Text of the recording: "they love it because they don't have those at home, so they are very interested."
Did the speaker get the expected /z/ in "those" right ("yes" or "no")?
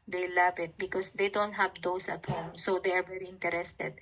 no